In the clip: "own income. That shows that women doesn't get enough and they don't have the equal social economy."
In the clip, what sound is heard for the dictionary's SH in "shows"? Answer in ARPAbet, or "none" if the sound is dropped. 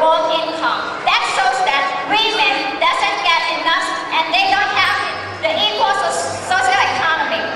S